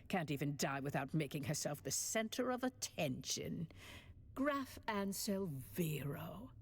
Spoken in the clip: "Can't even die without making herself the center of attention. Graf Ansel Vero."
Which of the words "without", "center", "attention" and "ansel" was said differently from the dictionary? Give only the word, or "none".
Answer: none